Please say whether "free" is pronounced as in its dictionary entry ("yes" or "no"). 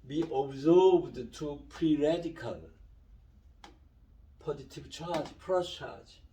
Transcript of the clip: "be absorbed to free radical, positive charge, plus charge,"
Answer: no